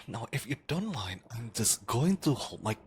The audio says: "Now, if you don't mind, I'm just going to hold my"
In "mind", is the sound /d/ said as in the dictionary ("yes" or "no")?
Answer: no